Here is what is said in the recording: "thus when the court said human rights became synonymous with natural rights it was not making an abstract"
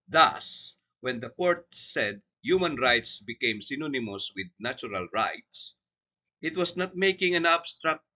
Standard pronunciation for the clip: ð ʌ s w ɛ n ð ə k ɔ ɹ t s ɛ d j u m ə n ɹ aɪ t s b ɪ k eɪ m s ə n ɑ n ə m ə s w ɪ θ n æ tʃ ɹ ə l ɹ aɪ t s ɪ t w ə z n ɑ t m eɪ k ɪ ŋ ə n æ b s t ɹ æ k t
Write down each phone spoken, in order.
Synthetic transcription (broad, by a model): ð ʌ s w ɛ n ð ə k ɔ ɹ t s ɛ d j u m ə n ɹ aɪ t s b ɪ k eɪ m s ə n ɑ n ə m ə s w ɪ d n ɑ tʃ ɹ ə l ɹ aɪ t s ɪ t w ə s n ɑ t m eɪ k ɪ ŋ ə n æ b s t ɹ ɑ k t